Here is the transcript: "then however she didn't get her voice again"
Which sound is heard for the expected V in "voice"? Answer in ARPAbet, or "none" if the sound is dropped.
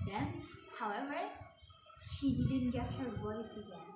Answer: W